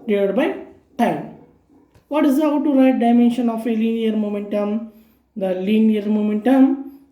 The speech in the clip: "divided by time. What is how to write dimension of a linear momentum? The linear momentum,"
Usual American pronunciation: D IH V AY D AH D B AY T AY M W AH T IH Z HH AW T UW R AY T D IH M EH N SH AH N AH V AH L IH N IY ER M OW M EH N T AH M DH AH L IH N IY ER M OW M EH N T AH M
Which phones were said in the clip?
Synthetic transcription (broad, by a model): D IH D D B AY T AY M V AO T IH Z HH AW T UW R AY T D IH M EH N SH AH N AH F AH L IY N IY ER M OW M EH N T AH M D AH L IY N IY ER M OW M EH N T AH M